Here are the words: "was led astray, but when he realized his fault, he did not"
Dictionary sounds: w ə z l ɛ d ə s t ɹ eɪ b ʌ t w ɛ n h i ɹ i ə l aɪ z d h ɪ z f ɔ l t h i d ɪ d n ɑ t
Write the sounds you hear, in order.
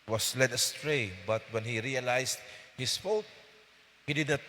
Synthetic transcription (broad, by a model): w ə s l ɛ d ə s t ɹ eɪ b ʌ t w ɛ n h i ɹ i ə l aɪ s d h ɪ s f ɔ t h i d ɪ d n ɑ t